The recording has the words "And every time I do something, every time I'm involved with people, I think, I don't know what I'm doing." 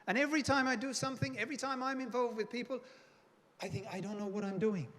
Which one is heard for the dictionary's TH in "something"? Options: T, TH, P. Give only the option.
TH